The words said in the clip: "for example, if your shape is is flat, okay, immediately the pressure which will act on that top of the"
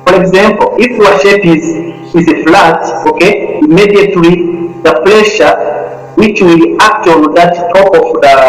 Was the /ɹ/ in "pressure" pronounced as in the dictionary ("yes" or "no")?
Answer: no